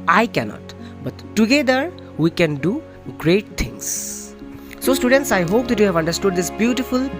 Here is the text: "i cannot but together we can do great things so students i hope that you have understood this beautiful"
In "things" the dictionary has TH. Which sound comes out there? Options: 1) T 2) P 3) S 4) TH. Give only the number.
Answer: 1